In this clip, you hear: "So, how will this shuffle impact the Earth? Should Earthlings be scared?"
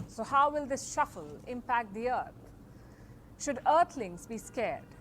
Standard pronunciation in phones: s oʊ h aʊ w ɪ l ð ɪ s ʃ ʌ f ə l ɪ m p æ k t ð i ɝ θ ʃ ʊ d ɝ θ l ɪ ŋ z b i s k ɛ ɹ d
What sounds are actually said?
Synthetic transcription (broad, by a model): s oʊ h aʊ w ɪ l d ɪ s ʃ ʌ f ə l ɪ m p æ k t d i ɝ t ʃ ʊ d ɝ t l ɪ ŋ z b i s k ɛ ɹ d